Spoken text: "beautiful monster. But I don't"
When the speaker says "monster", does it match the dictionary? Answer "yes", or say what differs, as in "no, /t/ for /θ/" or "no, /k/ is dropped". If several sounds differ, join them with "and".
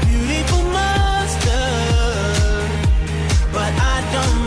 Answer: no, /n/ is dropped